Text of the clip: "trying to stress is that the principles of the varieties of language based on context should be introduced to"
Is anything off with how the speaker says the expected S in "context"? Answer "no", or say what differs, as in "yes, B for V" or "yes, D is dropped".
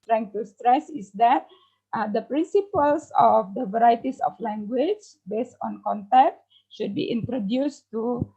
yes, S is dropped